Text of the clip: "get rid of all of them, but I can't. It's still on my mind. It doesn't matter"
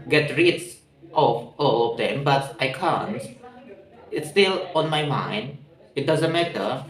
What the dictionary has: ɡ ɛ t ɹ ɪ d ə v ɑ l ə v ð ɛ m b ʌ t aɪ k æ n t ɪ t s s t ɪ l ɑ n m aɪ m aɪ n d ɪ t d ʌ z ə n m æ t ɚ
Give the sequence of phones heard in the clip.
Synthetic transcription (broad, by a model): ɡ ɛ t ɹ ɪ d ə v ɑ l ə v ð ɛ m b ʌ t aɪ k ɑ n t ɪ t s s t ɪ l ɑ n m aɪ m aɪ n d ɪ t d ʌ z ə n m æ t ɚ